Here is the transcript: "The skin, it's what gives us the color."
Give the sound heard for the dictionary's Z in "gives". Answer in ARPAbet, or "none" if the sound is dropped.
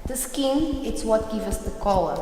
none